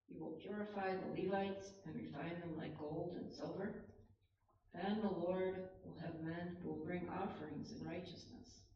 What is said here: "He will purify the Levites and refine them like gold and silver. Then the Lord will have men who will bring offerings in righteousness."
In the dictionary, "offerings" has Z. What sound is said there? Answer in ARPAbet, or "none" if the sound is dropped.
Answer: Z